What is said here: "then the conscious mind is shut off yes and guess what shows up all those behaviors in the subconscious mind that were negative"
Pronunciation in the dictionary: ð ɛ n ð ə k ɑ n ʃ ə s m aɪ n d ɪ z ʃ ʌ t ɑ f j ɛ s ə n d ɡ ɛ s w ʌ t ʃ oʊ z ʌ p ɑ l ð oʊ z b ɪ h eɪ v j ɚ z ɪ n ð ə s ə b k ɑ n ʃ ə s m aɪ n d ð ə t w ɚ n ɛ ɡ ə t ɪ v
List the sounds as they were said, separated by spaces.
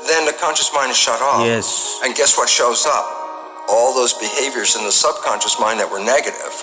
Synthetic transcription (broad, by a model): ð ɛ n ð ə k ɑ n ʃ ə s m aɪ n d ɪ z ʃ ʌ t ɑ j ɛ s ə n ɡ ɛ s w ʌ t ʃ oʊ z ʌ p ɑ l ð oʊ z b ɪ h eɪ v j ɚ z ɪ n ð ə s ə b k ɑ n ʃ ə s m aɪ n ð ə t w ɚ n ɛ ɡ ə t ɪ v